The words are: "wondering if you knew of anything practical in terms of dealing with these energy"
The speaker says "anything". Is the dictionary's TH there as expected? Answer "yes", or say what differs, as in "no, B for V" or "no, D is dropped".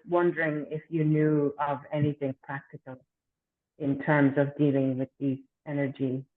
yes